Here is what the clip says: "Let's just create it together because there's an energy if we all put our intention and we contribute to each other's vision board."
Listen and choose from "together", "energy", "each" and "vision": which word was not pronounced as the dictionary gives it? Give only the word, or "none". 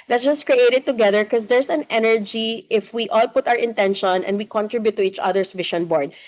vision